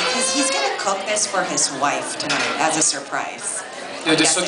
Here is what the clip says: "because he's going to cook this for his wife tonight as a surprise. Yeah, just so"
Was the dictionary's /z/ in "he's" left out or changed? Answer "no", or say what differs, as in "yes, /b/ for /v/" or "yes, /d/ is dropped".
no